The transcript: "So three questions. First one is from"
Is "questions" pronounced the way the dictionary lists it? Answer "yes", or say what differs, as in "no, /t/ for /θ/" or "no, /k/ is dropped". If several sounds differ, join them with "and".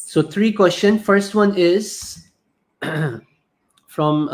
no, /z/ is dropped